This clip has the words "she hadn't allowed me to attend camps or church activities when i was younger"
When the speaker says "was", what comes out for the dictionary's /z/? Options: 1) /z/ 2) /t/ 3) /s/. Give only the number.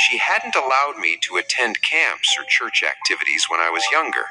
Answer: 1